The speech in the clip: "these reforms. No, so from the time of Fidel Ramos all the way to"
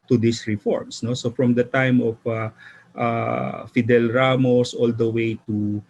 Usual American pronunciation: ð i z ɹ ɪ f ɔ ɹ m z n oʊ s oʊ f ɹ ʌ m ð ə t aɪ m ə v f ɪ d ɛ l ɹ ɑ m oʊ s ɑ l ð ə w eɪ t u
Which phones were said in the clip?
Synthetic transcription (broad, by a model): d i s ɹ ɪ f ɔ ɹ m s n oʊ s oʊ f ɹ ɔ m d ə t aɪ m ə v f ɪ d ɛ l ɹ ɑ m oʊ s ɑ l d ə w eɪ t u